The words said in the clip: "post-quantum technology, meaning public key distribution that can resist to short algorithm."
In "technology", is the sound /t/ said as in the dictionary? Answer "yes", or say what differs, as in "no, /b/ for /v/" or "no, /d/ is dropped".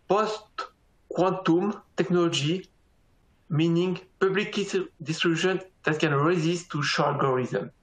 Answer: yes